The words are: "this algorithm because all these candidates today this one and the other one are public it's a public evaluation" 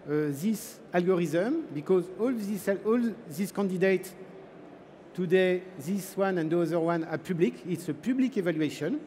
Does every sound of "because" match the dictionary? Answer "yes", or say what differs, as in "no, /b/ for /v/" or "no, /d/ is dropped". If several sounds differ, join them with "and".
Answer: yes